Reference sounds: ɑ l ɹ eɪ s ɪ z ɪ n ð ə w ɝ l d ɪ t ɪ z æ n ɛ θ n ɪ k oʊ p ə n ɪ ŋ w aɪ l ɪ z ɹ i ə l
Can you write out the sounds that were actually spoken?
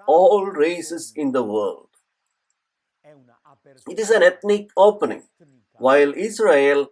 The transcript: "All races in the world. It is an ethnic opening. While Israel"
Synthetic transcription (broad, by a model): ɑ l ɹ eɪ s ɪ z ɪ n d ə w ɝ l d ɪ t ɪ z æ n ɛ t n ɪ k oʊ p ə n ɪ ŋ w aɪ l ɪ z ɹ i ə l